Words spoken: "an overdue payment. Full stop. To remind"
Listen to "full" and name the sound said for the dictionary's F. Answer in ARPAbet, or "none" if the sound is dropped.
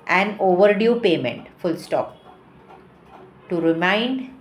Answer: F